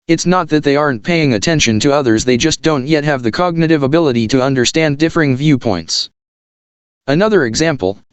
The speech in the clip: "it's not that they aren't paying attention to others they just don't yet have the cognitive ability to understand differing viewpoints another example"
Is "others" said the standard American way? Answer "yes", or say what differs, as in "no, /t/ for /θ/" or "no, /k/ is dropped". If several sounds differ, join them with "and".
yes